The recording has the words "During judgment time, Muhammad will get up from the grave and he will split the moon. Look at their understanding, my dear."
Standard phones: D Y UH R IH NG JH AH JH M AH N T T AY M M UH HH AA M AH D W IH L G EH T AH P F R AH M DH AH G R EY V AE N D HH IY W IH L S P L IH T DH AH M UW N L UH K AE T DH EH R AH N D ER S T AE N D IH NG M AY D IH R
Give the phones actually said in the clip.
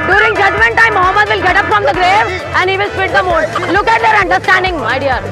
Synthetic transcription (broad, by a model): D Y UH R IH NG JH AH JH M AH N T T AY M M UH HH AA M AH D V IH L G EH T AH P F R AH M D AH G R EY V AE N D HH IY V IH L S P IH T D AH M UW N L UH K AE T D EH R AH N D ER S T AE N D IH NG M AY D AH R